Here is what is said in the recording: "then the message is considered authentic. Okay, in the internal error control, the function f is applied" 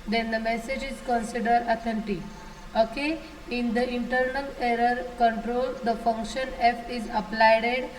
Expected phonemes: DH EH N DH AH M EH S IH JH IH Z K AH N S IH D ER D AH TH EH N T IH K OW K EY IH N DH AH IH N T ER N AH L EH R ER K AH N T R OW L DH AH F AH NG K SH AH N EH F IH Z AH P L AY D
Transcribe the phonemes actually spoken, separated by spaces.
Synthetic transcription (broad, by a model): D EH N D AH M EH S IH JH IH Z K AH N S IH D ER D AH T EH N T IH OW K EY IH N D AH IH N T ER N AH L EH R ER K AH N T R OW L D AH F AH NG K SH AH N EH F IH Z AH P L AY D